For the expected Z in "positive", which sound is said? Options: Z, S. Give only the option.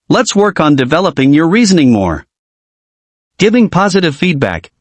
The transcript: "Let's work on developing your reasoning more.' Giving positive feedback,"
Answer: Z